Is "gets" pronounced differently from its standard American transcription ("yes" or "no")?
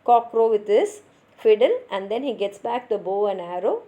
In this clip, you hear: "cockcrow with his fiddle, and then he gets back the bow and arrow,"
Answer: no